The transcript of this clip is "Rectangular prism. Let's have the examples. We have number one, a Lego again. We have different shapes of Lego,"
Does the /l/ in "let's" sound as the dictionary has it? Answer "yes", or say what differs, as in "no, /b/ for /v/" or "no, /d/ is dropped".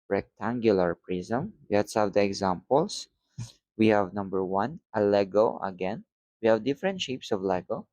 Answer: no, /w/ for /l/